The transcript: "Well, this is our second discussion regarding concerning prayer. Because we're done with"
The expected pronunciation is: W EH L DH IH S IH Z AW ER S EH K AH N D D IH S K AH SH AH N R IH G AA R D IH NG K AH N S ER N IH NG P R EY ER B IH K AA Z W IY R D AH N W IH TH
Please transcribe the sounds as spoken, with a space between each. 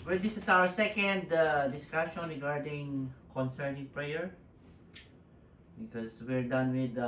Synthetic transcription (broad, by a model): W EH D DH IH S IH S AW ER S EH K AH N D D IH S K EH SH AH N R IH G AA R D IH NG K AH N S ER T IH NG P R EY ER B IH K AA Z W IY R D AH N W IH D